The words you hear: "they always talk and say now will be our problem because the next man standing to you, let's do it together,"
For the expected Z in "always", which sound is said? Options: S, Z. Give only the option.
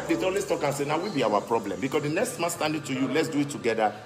S